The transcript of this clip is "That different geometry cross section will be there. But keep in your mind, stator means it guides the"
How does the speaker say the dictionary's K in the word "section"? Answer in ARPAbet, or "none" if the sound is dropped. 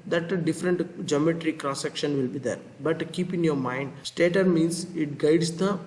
K